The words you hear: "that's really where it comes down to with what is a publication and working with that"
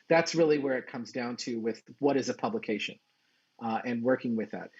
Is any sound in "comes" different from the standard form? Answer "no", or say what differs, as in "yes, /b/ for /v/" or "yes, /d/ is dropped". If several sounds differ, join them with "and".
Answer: no